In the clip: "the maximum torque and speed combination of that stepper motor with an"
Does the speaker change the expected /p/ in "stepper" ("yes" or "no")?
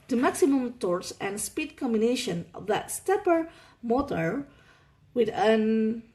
no